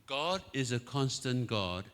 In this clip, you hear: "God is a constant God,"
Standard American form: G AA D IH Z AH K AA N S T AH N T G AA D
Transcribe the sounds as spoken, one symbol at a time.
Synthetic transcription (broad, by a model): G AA D IH Z AH K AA N S T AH N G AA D